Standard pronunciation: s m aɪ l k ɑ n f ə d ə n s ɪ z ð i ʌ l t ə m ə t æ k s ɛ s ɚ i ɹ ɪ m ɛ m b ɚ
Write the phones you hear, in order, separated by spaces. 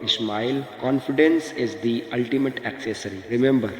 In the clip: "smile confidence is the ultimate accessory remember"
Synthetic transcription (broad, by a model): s m aɪ l k ɑ n f ə d ə n s ɪ z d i ʌ l t ə m ə t æ k s ɛ s ɚ i ɹ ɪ m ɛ m b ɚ